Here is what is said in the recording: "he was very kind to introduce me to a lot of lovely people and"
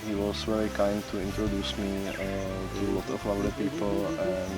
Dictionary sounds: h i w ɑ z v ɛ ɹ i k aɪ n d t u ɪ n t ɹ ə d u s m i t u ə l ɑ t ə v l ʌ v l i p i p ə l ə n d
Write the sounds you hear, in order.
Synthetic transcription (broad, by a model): h i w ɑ s v ɛ ɹ i k aɪ n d t u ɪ n t ɹ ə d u s m i t u l ɑ t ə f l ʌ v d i p i p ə l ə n